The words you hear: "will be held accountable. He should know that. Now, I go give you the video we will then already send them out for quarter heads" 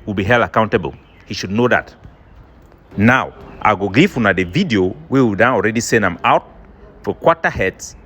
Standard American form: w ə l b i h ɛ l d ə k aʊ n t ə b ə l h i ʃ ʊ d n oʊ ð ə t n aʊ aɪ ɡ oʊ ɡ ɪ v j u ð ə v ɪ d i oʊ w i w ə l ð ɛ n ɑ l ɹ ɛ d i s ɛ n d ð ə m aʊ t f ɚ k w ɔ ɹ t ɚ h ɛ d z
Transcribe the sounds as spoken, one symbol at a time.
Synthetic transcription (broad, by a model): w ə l b i h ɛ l ə k aʊ n t ə b ə l h i ʃ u d n oʊ ð ə t n aʊ aɪ ɡ oʊ ɡ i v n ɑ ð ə v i d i oʊ w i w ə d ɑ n ɑ l ɹ ɛ d i s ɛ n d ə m aʊ t f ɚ k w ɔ t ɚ h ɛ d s